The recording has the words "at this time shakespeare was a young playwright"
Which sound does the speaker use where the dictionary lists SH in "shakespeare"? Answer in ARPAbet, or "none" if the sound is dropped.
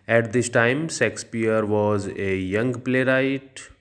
S